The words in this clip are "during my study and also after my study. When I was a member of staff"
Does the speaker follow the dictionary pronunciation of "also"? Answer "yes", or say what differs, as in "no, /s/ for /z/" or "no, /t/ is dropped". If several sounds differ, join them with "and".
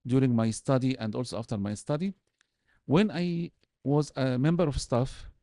yes